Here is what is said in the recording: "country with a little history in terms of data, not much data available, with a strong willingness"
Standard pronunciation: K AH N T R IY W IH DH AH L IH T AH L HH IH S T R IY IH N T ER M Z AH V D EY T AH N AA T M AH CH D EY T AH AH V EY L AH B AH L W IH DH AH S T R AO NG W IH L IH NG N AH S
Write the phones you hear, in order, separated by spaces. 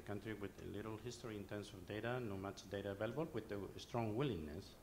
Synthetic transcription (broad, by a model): K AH N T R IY W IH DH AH L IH T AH L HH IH S T R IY IH N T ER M S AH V D EY T AH N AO M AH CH D EY T AH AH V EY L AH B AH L W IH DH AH S T R AO NG W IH L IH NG N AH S